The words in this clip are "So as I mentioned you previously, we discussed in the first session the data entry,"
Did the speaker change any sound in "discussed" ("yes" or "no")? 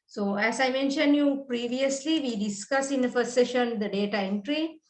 yes